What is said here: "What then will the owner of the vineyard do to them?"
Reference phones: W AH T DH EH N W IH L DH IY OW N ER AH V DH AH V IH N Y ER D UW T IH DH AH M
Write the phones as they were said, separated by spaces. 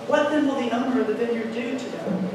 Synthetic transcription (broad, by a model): W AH T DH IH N W IH L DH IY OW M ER AH V DH AH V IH L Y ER D UW T IH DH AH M